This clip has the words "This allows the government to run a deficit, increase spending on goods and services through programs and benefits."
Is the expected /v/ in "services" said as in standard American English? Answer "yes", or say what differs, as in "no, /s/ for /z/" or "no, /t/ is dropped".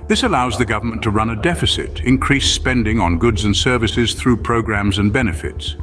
yes